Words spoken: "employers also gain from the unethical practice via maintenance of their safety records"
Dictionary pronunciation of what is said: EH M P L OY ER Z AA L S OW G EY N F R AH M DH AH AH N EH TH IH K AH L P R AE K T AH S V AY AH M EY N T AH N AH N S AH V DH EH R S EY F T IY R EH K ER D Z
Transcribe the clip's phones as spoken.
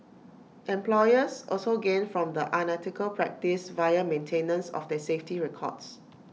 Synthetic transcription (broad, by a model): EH M P L OY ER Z AA L S OW G EY N F R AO M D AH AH N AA T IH K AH L P R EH K T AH S V AY AH M EY N T AH N AH N S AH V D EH S EY F T IY R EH K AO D S